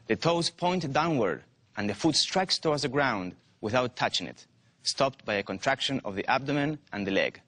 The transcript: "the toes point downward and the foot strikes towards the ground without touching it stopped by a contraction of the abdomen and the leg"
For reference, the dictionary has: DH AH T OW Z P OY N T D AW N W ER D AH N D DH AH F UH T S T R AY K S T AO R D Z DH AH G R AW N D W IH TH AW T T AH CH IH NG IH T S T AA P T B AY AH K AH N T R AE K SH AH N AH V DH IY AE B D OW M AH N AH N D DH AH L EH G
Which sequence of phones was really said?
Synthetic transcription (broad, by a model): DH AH T OW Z P OY N T D AW N W ER D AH N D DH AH F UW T S T R AY K S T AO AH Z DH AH G R AW N D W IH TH AW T T AH CH IH NG IH T S T AA P T B AY AH K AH N T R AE K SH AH N AH V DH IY AE B D OW M AH N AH N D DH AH L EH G